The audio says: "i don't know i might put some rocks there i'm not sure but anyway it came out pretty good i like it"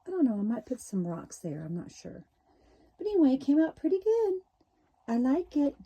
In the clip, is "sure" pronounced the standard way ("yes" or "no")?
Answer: yes